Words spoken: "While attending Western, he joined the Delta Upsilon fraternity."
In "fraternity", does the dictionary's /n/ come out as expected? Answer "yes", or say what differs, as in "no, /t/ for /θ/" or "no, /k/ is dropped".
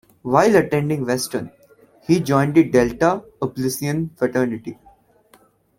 yes